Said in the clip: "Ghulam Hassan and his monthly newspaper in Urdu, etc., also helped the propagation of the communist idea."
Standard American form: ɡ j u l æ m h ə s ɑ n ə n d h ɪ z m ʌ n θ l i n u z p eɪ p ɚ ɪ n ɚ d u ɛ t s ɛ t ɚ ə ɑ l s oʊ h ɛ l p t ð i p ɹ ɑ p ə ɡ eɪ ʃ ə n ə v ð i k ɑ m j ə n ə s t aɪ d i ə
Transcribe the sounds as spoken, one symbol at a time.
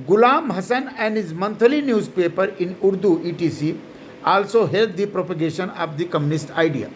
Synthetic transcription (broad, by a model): ɡ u l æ m h ə s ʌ n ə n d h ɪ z m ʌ n t l i n u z p eɪ p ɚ ɪ n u d u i t i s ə ɑ l s oʊ h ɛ l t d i p ɹ ɑ p ə ɡ eɪ ʃ ə n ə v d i k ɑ m j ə n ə s t aɪ d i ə